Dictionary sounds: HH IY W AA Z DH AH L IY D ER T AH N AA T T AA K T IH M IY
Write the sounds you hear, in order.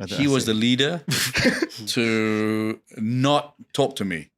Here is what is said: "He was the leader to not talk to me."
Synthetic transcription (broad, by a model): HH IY W AA Z DH AH L IY D ER T AH N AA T T AA K T IH M IY